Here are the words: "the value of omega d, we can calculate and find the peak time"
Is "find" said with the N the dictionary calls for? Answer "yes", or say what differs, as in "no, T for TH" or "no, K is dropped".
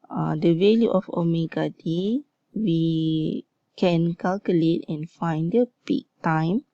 yes